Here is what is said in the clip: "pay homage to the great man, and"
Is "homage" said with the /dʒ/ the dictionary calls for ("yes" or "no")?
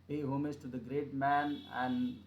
no